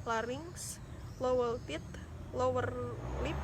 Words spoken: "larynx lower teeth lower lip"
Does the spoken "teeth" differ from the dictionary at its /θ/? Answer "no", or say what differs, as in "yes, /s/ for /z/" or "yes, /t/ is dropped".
yes, /t/ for /θ/